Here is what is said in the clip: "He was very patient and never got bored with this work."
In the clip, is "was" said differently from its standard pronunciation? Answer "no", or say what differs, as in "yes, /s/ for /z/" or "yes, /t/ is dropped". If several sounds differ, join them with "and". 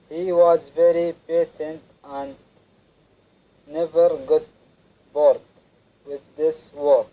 no